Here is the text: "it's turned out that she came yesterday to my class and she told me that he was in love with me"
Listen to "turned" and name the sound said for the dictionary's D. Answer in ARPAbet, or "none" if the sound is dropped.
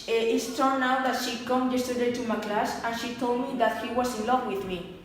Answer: none